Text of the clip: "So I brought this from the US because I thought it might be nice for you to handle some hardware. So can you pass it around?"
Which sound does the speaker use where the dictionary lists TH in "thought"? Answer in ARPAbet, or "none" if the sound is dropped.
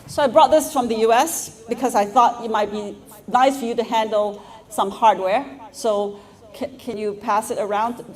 TH